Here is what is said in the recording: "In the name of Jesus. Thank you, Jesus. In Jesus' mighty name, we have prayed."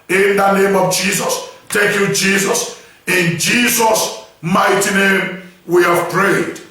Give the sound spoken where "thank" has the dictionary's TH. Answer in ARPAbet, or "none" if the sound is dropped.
T